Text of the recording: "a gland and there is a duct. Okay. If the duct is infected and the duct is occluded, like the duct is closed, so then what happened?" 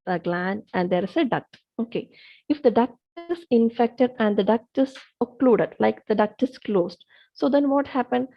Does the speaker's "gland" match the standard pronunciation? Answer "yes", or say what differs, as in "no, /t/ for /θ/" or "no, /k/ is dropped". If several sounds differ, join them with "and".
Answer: no, /d/ is dropped